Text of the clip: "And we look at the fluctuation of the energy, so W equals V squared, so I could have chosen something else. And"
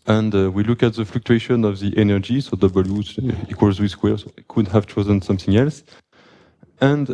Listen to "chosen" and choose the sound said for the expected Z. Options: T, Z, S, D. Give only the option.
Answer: Z